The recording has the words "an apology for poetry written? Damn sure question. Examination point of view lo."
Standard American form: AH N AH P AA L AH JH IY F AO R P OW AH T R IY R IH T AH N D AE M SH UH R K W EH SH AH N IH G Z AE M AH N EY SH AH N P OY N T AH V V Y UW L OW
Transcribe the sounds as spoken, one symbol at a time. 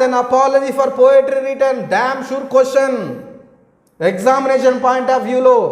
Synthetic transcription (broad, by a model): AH N AH P AA L AH JH IY F AO R P OW AH T R IY R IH T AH N D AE M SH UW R K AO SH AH N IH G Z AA M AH N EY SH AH N P OY N T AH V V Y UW L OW